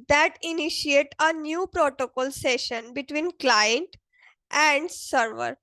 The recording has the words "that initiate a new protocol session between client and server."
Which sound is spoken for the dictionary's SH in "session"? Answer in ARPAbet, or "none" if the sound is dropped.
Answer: SH